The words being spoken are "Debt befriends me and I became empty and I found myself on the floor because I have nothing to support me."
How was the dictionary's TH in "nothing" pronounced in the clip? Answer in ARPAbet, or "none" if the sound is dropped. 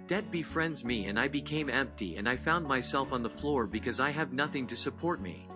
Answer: TH